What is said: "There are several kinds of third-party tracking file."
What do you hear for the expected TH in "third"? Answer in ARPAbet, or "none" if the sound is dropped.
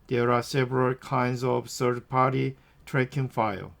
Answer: S